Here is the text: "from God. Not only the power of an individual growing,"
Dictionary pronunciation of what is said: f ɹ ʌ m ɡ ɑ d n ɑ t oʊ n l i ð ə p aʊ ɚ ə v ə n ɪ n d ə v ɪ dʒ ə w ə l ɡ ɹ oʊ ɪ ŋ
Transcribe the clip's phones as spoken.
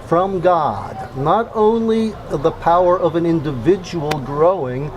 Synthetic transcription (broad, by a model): f ɹ ʌ m ɡ ɑ d n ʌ t oʊ n l i ð ə p aʊ ɚ ə v ə n ɪ n d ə v ɪ dʒ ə w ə l ɡ ɹ oʊ ɪ ŋ